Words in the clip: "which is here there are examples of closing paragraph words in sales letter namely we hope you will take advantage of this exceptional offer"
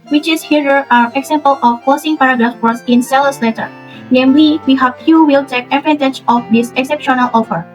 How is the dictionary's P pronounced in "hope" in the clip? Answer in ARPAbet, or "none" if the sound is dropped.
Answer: F